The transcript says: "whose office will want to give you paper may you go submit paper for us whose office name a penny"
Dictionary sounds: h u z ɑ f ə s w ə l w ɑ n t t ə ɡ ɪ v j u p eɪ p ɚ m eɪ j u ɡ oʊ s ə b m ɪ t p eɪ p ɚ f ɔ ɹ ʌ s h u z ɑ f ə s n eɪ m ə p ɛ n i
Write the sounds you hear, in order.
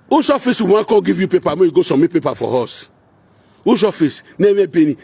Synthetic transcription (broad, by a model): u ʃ ɑ f ə s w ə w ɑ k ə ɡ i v j u p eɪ p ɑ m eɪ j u ɡ oʊ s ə m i p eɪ p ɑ f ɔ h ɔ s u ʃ ɑ f ə s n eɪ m ə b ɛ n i